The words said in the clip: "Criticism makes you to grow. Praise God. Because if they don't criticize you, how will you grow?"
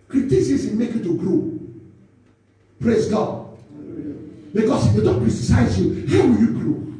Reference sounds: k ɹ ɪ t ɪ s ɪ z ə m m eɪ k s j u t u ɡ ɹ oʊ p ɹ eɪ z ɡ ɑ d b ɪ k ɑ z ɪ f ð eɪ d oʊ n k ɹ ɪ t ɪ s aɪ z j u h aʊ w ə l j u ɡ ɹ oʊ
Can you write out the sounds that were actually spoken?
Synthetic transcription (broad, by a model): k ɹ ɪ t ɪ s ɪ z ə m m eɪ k j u t u ɡ ɹ oʊ p ɹ eɪ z ɡ ɑ d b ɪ k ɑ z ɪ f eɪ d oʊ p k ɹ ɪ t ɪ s aɪ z j u h aʊ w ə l j u ɡ ɹ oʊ